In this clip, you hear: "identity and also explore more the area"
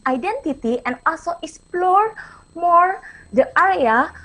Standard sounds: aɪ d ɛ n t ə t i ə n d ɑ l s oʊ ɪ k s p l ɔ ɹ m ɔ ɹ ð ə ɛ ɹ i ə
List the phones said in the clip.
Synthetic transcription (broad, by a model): aɪ d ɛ n t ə t i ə n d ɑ l s oʊ ɪ k s p l ɔ ɹ m ɔ ɹ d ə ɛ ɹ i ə